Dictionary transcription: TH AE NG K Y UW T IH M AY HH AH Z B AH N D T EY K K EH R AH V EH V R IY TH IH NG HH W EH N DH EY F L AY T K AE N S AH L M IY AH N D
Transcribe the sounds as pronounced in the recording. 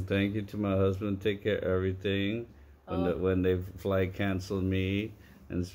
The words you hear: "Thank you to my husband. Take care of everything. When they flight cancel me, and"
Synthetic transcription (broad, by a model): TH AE NG K Y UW T IH M AY HH AH Z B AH N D T EY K K EH R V EH V R IY TH IH NG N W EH N DH EY F L AY K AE N S L M IY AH N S